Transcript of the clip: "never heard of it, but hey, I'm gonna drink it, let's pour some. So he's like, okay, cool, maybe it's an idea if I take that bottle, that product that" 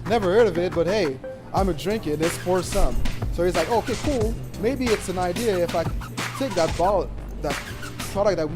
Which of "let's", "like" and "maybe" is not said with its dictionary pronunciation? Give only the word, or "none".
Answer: let's